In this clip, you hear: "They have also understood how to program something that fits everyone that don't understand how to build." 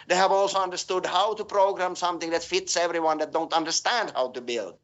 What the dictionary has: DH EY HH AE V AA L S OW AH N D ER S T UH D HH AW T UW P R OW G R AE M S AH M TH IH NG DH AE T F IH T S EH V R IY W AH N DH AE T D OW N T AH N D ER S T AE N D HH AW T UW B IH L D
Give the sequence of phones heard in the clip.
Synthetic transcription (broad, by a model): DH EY HH AE V AA L S OW AH N D ER S T UH D HH AW T UW P R OW G R AE M S AH M TH IH NG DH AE T F IH T S EH V R IY W AH N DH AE T D OW N T AH N D ER S T AE N D HH AW T UW B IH L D